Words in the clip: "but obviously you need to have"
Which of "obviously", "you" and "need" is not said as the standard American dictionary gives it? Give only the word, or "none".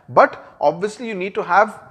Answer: none